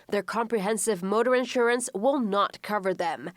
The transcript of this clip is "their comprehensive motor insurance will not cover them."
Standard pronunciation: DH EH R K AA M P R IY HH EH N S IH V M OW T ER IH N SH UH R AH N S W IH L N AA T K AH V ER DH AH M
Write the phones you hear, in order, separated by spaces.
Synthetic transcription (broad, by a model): DH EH R K AA M P R IY HH EH N S IH V M OW T ER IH N SH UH R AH N S W IH L N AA T K AH V ER DH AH M